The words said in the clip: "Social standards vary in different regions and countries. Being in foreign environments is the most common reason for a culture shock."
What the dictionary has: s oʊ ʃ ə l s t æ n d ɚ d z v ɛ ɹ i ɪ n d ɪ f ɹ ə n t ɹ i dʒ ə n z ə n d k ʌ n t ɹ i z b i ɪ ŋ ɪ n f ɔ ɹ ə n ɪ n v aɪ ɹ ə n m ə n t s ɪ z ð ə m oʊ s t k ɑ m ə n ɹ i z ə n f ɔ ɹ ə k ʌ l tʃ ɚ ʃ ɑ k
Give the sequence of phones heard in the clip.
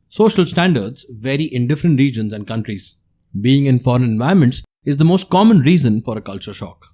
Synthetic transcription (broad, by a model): s oʊ ʃ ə l s t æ n d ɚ d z v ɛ ɹ i ɪ n d ɪ f ɹ ə n t ɹ i dʒ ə n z ə n d k ʌ n t ɹ i z b i ɪ ŋ ɪ n f ɔ ɹ ə n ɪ n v aɪ ə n m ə n t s ɪ z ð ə m oʊ s t k ɑ m ə n ɹ i z ə n f ɔ ɹ ə k ʌ l tʃ ɚ ʃ ɑ k